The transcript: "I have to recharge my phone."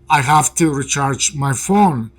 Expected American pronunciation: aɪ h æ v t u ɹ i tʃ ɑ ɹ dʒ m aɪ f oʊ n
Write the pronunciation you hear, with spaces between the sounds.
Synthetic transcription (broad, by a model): aɪ h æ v t u ɹ i tʃ ɑ ɹ dʒ m aɪ f oʊ n